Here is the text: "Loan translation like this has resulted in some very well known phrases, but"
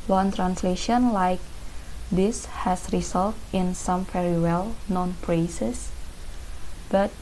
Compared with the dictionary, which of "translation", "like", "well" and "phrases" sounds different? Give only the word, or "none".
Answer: phrases